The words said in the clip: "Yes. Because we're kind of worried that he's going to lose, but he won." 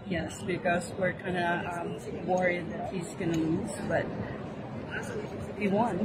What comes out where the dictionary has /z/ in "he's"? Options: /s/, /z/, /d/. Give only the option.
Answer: /z/